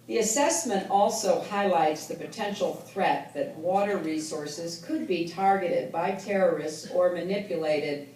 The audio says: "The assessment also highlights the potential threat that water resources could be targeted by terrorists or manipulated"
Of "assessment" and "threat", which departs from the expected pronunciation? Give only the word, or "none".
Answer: none